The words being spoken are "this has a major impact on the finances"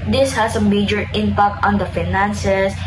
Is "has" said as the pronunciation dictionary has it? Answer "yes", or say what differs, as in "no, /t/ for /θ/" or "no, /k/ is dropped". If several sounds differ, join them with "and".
no, /s/ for /z/